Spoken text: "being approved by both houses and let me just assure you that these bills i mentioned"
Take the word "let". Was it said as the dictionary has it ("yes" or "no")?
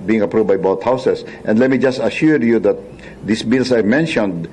yes